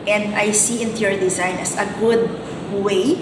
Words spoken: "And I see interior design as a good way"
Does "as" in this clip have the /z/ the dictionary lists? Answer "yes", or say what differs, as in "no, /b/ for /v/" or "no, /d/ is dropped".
no, /s/ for /z/